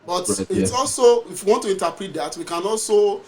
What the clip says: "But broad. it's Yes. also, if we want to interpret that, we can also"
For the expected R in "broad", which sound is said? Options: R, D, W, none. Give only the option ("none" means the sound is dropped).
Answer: none